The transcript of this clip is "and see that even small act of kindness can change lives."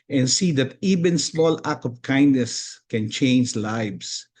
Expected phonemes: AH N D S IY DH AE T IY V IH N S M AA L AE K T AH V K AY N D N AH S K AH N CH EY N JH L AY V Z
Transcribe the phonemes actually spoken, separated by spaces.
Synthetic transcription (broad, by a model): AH N S IY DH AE T IY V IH N S M AA L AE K AH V K AY N D N AH S K AH N CH EY N JH L AY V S